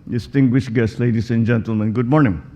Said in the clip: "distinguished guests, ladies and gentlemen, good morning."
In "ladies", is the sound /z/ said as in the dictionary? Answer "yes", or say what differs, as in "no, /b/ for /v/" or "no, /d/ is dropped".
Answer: no, /s/ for /z/